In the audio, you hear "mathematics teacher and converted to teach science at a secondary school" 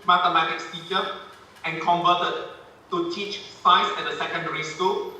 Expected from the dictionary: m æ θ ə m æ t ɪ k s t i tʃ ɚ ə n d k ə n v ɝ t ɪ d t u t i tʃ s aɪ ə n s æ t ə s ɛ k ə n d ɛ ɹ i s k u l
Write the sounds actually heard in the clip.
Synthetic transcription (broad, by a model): m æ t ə m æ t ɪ k s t i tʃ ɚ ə n k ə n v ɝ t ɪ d t u t i tʃ s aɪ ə s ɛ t ə s ɛ k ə n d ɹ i s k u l